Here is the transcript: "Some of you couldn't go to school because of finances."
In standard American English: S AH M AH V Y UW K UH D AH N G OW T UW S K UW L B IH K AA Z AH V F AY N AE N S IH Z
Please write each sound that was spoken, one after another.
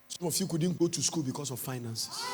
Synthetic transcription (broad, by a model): S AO M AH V Y UW K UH D N G OW T UW S K UW L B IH K AA S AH F AY N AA N S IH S